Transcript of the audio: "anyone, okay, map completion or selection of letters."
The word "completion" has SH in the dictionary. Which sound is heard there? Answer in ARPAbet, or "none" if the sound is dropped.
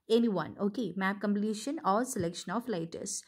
SH